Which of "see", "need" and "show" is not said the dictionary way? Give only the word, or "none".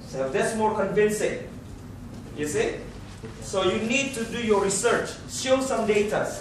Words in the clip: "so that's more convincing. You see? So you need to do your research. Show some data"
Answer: show